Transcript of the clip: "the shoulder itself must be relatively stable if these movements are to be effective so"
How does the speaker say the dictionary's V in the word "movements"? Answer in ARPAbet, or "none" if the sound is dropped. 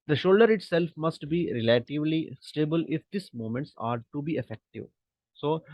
none